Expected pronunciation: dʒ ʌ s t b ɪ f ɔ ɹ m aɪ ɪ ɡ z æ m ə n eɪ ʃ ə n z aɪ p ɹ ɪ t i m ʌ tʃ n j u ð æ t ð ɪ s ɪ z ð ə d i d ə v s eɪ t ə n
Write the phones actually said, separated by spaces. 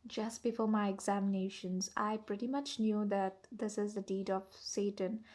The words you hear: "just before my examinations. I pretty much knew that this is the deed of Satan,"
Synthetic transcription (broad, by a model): dʒ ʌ s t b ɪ f ɔ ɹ m aɪ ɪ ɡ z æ m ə n eɪ ʃ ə n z aɪ p ɹ ɪ t i m ʌ tʃ n j u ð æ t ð ɪ s ɪ z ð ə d i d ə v s eɪ t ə n